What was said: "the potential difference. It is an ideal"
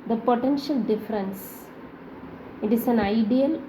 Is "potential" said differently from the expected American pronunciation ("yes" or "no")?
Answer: no